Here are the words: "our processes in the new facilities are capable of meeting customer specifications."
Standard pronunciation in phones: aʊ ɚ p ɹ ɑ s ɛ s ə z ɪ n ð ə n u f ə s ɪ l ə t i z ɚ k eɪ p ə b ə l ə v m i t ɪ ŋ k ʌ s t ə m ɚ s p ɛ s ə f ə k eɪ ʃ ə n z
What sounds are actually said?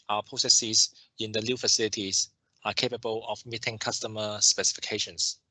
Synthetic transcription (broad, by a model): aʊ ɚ p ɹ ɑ s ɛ s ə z ɪ n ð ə l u f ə s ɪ l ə t i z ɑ k eɪ p ə b ə l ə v m i t ɪ ŋ k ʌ s t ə m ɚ s p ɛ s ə f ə k eɪ ʃ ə n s